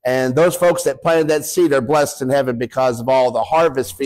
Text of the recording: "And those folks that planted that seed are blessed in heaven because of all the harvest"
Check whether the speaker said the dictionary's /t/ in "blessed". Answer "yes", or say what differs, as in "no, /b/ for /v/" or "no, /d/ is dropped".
yes